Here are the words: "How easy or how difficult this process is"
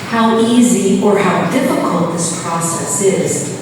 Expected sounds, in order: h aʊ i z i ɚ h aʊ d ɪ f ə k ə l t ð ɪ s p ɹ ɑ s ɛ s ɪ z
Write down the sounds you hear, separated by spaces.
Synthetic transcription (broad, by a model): h aʊ i z i ɚ h aʊ d ɪ f ə k ə l t ð ɪ s p ɹ ɑ s ɛ s ɪ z